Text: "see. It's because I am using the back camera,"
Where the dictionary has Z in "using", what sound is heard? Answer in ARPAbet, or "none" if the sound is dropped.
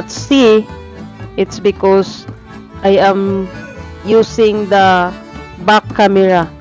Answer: S